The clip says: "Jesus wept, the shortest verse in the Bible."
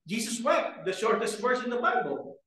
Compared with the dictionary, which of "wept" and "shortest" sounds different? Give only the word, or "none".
wept